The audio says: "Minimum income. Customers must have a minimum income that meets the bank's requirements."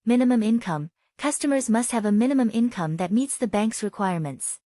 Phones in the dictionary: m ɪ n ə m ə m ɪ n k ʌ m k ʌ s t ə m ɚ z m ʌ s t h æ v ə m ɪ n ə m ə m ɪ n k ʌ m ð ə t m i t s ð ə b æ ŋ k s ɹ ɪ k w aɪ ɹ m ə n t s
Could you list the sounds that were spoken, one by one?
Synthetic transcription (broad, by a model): m ɪ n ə m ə m ɪ n k ʌ m k ʌ s t ə m ɚ z m ʌ s t h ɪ v ə m ɪ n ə m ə m ɪ n k ʌ m ð ə t m i t s ð ə b æ ŋ k s ɹ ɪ k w aɪ ɹ m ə n t s